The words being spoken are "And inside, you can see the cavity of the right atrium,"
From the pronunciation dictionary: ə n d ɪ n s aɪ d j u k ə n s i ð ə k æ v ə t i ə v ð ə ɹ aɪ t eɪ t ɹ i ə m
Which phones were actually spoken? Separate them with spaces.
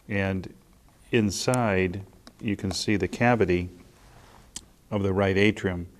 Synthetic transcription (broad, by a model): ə n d ɪ n s aɪ d j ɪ k ə n s i ð ə k æ v ə t i ə v ð ə ɹ aɪ t eɪ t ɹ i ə m